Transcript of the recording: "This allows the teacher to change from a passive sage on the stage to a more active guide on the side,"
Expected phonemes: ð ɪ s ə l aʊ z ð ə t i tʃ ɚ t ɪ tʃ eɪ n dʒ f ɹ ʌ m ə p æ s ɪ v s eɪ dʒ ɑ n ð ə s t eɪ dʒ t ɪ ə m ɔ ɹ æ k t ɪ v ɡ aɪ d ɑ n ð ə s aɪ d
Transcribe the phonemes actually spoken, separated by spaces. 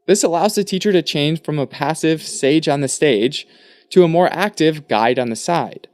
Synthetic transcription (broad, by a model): ð ɪ s ə l aʊ z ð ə t i tʃ ɚ t ɪ tʃ eɪ n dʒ f ɹ ʌ m ə p æ s ɪ v s eɪ dʒ n ð ə s t eɪ dʒ t ɪ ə m ɔ ɹ æ k t ɪ v ɡ aɪ d n ð ə s aɪ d